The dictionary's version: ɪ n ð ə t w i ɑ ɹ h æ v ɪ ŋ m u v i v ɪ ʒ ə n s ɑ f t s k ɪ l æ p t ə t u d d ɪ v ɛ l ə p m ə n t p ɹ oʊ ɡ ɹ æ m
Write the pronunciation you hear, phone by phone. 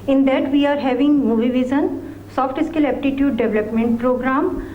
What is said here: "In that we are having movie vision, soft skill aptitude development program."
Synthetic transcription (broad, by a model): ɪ n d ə t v i ɑ ɹ h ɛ v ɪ ŋ m u v i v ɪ z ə n s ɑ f t s k ɪ l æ p t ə t u d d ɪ v l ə p m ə n t p ɹ oʊ ɡ ɹ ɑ m